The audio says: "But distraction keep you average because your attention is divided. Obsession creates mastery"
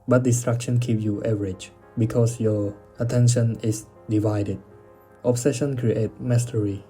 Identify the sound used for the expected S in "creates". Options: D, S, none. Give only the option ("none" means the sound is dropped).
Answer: none